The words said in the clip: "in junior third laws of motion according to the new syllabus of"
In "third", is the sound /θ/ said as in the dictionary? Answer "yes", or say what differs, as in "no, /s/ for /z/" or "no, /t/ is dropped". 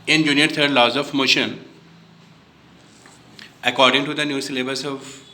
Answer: no, /t/ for /θ/